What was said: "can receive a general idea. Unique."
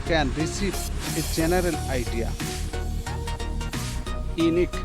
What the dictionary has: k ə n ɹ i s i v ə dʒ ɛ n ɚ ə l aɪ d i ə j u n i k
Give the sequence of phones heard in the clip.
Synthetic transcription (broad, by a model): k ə n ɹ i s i p ə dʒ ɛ n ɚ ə l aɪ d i j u n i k